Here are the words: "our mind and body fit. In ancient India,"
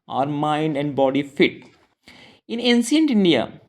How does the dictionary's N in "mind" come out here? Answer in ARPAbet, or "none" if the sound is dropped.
N